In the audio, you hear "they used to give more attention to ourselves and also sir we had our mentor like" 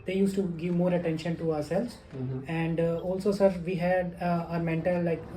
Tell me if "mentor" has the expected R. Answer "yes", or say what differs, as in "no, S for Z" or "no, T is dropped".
no, L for R